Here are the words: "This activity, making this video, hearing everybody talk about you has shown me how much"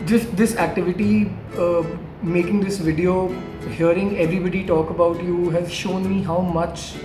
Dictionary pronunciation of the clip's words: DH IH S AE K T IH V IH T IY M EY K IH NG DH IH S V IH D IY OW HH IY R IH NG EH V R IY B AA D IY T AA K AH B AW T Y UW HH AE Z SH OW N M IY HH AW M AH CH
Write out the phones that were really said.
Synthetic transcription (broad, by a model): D IH S AE K T IH V IH T IY M EY K IH NG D IH S V IH D IY OW HH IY R IH NG EH V R IY B AA D IY T AA K AH B AW T Y UW HH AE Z SH OW N M IY HH AW M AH CH